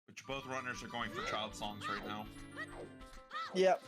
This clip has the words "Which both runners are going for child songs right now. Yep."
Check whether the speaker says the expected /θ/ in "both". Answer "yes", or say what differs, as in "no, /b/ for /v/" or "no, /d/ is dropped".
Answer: yes